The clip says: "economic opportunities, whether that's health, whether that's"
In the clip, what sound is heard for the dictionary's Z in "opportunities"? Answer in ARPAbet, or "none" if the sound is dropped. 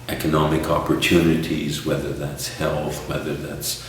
Z